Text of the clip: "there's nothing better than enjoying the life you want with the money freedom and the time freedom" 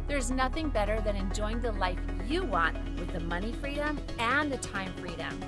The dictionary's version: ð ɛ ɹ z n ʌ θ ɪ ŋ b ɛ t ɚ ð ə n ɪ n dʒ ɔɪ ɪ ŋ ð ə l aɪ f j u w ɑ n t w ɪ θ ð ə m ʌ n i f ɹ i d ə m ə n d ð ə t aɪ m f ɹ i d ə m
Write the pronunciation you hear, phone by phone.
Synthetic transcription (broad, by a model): ð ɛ ɹ z n ʌ θ ɪ ŋ b ɛ t ɚ ð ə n ɪ n dʒ ɔɪ ɪ ŋ ð ə l aɪ f j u w ɑ n t w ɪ ð ə m ʌ n i f ɹ i d ə m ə n ð ə t aɪ m f ɹ i d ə m